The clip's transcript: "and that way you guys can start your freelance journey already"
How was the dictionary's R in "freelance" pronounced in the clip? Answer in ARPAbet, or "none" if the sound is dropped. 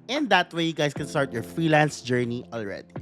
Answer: R